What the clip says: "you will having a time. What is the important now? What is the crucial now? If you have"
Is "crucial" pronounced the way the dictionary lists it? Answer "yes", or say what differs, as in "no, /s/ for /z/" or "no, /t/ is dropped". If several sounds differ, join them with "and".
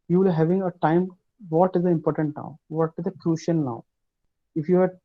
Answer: no, /n/ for /l/